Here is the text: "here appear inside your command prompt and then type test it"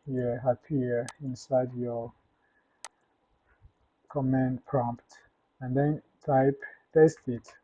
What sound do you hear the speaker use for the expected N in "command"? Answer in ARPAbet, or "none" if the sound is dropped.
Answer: N